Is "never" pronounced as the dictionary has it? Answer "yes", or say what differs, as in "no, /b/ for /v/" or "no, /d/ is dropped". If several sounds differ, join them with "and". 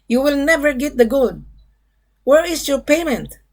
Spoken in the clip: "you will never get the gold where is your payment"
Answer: yes